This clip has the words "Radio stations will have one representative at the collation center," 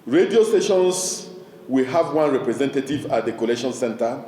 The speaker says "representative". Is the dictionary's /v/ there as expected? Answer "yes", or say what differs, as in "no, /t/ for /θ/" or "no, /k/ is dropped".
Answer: yes